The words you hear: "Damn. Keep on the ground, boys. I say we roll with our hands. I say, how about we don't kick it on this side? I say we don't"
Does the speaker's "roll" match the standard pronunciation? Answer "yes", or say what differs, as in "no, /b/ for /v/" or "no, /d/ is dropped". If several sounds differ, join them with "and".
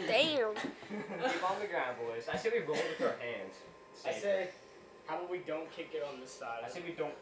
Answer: no, /n/ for /l/